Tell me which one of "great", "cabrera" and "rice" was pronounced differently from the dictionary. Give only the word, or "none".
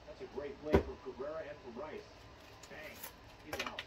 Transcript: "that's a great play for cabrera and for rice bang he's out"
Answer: cabrera